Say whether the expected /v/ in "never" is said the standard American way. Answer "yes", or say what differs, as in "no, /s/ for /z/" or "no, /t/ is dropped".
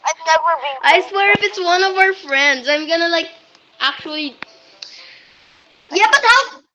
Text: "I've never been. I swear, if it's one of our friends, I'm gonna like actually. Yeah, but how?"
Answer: no, /w/ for /v/